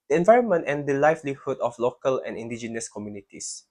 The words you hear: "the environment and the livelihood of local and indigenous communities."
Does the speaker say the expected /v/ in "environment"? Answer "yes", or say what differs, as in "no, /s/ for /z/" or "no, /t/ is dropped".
yes